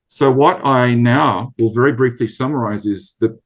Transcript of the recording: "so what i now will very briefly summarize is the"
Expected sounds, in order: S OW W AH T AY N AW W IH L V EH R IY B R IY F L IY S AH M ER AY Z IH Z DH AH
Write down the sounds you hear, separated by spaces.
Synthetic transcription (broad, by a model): S OW W AH T AY N AW W IH L V EH R IY B R IY F L IY S AH M ER AY Z IH Z DH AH